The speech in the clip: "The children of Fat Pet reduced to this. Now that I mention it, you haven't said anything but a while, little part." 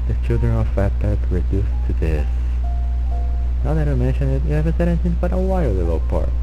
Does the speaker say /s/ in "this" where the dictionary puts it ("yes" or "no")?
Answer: yes